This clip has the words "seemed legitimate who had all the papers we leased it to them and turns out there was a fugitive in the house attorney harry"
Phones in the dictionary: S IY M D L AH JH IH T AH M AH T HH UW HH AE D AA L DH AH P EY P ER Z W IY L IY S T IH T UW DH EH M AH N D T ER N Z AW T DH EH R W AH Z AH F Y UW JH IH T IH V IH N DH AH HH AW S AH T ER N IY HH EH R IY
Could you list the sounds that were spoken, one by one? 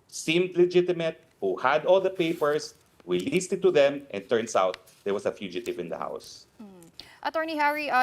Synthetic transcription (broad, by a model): S IY M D L AH JH IH T AH M AH T HH UW HH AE D AA L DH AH P EY P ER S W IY L IY S T IH T UW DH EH M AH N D T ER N S AW T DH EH R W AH S AH F Y UW JH IH T IH V IH N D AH HH AW S AH T ER N IY HH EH R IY